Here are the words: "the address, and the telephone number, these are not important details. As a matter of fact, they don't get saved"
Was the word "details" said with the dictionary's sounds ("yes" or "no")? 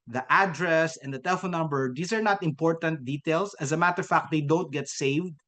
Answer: no